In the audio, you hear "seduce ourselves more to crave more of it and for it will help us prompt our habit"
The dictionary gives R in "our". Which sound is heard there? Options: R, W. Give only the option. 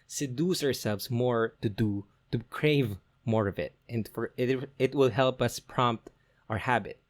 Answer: R